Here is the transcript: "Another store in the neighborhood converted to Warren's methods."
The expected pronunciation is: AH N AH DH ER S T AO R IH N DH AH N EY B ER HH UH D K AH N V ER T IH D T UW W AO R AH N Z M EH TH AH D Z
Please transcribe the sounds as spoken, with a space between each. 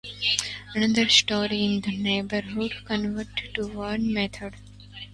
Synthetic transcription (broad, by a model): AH N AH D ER S T AO R IH N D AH N EY B ER HH UH D K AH N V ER T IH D T UW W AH N M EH T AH D